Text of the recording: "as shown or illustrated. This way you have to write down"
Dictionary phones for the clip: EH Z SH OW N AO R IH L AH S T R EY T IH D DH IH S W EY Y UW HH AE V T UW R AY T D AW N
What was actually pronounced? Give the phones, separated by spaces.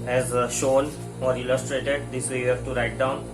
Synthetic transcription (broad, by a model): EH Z SH OW N AO R IH L AH S T R EY T IH D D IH S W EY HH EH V T UW R AY T D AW N